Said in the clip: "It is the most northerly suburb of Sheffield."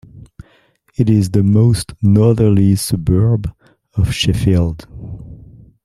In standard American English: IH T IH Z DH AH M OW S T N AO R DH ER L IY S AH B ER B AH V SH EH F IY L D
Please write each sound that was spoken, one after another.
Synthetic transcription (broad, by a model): IH T IH Z DH AH M OW S T N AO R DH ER L IY S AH B ER B AH V SH EH F IY L D